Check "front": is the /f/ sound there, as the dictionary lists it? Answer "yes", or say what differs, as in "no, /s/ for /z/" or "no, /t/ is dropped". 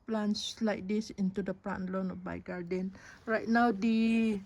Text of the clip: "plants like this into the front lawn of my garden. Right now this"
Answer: no, /p/ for /f/